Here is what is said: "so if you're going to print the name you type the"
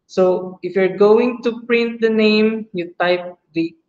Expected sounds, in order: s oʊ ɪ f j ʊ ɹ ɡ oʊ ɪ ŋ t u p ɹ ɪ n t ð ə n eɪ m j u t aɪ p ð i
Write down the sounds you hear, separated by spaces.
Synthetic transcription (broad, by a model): s oʊ ɪ f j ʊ ɹ ɡ oʊ ɪ ŋ t u p ɹ ɪ n t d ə n eɪ m j u t aɪ p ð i